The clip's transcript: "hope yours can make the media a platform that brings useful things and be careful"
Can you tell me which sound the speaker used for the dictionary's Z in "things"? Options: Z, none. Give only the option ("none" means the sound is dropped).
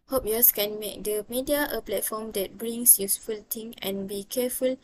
none